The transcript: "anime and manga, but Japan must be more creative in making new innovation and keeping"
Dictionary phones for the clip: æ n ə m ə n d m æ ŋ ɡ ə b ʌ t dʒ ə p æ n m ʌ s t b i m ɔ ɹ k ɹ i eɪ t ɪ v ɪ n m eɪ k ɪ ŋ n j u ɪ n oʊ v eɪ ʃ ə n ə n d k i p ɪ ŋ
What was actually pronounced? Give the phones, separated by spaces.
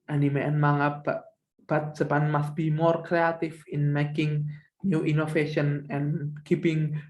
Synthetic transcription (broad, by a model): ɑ n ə m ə n m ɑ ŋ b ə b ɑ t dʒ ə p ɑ n m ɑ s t b i m ɔ ɹ k ɹ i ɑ t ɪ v ɪ n m eɪ k ɪ ŋ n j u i n oʊ f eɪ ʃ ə n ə n k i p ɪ ŋ